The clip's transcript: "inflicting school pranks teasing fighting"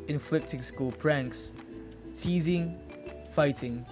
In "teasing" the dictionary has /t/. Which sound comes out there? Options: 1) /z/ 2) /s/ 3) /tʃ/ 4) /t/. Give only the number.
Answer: 4